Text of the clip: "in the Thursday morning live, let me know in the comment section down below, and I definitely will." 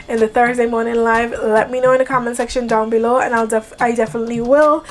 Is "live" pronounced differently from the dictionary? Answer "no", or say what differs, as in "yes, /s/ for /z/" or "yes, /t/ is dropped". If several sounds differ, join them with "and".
no